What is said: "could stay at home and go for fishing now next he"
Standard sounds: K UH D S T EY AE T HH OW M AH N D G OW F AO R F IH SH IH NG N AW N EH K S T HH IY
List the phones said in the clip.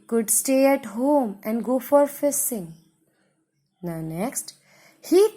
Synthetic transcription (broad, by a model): K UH D S T EY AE T HH OW M AH N D G OW F AO R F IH S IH NG N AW N EH K S T HH IY